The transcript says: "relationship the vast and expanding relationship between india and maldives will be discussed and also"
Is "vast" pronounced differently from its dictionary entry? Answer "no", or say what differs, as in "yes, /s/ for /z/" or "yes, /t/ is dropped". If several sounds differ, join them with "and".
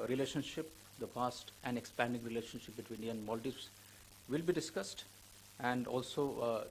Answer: yes, /p/ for /v/